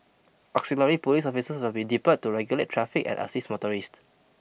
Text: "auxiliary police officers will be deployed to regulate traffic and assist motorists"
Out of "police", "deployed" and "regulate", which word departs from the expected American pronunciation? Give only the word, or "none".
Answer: deployed